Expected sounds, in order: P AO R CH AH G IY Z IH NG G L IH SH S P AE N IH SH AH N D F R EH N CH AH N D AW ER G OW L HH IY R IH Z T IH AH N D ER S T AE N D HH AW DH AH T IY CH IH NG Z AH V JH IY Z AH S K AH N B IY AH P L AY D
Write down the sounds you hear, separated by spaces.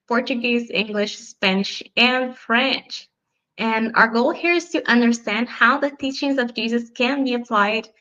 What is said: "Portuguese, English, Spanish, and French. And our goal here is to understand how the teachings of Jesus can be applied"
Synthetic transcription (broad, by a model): P AO R CH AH G IY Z IH NG G L IH SH S P AE N IH SH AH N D F R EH N CH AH N AW ER G OW L HH IY R IH Z T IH AH N D ER S T AE N D HH AW DH AH T IY CH IH NG Z AH V JH IY Z AH S K AH N B IY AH P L AY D